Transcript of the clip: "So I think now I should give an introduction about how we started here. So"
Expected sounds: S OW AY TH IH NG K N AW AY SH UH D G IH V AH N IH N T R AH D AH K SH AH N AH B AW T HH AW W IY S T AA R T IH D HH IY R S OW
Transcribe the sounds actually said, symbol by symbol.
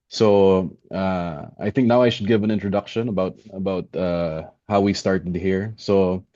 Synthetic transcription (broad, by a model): S OW AY TH IH NG K N AW AY SH UH D G IH V AH N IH N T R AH D AH K SH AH N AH B AW T HH AW W IY S T AA R T IH D HH IY R S OW